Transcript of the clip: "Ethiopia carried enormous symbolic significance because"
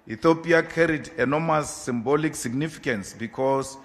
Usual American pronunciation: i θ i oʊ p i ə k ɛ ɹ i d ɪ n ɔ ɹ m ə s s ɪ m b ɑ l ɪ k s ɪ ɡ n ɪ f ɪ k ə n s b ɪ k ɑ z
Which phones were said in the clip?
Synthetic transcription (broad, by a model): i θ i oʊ p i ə k ɛ ɹ i d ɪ n ɔ m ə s s ɪ m b ɑ l ɪ k s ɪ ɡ n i f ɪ k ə n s b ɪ k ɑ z